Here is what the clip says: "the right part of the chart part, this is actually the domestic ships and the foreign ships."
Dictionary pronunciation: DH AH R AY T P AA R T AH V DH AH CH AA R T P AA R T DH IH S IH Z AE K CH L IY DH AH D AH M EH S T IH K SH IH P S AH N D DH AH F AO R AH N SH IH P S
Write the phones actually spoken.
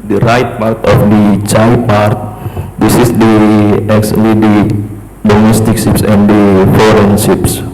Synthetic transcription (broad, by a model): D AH R AY T P AA R T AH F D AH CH AA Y P AA R T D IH S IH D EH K S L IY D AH D AH M EH S T IH K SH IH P S AH N D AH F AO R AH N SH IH P S